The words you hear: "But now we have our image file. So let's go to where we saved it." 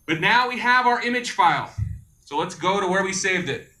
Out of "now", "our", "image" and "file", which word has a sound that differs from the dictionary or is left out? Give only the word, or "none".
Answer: none